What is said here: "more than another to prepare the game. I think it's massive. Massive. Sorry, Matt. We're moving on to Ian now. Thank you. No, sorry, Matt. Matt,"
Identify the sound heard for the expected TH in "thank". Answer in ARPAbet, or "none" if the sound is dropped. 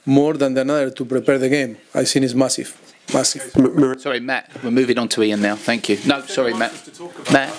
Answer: TH